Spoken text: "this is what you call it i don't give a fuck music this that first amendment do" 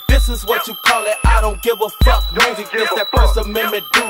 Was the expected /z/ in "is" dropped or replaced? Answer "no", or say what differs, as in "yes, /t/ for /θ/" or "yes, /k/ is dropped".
no